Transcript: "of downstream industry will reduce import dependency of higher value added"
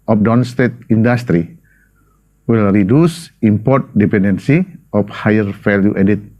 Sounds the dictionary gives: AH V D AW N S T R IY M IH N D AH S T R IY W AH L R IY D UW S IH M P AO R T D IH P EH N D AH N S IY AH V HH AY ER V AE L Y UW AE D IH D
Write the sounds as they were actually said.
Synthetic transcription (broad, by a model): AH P D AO N S T EH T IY N D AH S T R IY W AH L R IY D UW S IH M P AO R T D IH P EH N D AH N S IY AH F HH AY ER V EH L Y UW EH D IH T